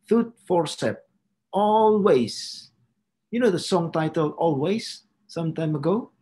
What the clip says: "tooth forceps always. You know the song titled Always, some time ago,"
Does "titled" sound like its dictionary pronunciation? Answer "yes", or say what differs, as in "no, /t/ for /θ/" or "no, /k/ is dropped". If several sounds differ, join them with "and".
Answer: no, /d/ is dropped